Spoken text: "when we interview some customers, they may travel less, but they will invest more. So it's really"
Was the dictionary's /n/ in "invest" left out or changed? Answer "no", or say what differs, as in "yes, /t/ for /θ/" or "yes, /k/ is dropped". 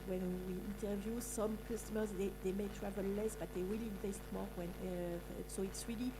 no